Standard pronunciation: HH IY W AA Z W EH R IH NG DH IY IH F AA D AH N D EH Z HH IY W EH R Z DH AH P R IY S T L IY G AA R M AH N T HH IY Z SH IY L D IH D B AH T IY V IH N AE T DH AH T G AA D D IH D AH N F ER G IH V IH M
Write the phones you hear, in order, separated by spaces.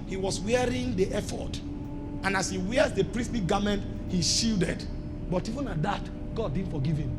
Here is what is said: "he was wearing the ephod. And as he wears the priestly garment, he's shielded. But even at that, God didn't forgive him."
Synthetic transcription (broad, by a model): HH IY W AA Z W EH R IH NG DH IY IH F AA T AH N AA S HH IY W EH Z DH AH P R IY S T L IY G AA M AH N T HH IY SH IY L D IH D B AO T IY V IH N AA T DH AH T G AA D D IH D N F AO G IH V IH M